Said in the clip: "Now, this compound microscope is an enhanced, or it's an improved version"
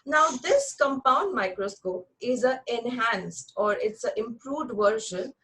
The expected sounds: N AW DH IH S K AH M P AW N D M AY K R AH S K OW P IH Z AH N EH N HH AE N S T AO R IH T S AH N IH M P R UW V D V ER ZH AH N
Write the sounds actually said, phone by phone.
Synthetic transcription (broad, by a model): N AW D IH S K AH M P AW N D M AY K R AH S K OW P IH Z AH EH N HH AE N S T AO R IH T S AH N IH M P R UW V D V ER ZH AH N